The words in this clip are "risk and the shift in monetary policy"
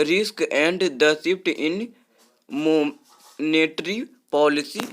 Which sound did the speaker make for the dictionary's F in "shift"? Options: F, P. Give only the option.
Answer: P